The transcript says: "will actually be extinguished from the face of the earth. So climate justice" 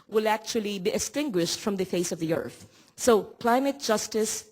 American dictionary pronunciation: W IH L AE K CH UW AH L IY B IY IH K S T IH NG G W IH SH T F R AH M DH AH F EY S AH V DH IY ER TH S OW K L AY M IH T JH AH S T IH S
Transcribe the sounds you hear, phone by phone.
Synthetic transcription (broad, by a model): W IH L AE K CH UW AH L IY B IY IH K S T IH NG G W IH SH T F R AH M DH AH F EY S AH V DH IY ER TH S OW K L AY M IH T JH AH S T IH S